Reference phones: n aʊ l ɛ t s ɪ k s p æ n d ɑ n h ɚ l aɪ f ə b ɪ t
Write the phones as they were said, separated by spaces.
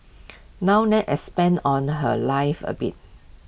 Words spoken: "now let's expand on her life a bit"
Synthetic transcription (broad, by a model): n aʊ n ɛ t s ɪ s p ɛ n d ɑ n h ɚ l aɪ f ə b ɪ t